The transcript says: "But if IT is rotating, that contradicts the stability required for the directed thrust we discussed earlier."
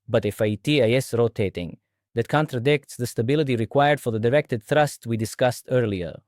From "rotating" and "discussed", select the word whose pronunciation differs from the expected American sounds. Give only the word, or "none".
none